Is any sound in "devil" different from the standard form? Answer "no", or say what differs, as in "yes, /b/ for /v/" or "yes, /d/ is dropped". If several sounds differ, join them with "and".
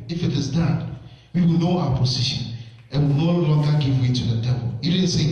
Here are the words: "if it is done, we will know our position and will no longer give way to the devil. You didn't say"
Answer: yes, /p/ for /v/